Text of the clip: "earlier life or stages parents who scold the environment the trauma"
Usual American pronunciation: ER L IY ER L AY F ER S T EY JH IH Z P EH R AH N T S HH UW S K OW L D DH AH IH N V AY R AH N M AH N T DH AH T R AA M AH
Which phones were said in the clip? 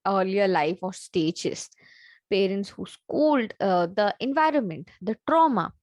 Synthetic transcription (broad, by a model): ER L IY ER L AY F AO S T EY JH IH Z P EH R AH N T S HH UW S K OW L D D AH IH N V AY R AH N M AH N T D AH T R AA M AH